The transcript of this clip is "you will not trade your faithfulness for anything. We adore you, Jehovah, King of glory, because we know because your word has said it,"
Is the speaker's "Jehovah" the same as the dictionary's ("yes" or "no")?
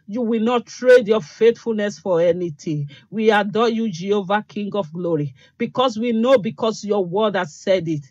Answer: yes